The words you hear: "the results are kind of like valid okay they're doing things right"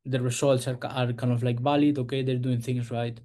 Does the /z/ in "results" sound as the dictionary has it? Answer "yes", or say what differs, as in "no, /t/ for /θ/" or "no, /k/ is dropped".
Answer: no, /s/ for /z/